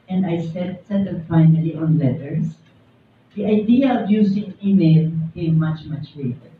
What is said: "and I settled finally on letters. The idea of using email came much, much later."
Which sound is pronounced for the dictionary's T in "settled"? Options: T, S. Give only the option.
S